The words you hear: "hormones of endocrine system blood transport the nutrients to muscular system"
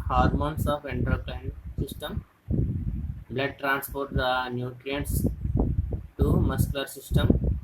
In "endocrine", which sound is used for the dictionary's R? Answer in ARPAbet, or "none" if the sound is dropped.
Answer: L